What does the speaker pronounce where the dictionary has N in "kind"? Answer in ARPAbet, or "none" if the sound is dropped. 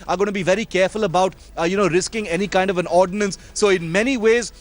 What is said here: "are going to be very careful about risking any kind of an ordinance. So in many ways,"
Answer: N